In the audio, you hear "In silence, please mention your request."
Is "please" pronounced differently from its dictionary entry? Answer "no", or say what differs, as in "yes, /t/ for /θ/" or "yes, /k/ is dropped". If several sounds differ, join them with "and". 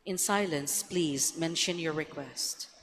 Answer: no